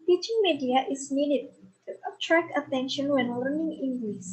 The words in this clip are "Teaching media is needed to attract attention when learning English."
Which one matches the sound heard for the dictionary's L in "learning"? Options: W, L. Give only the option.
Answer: L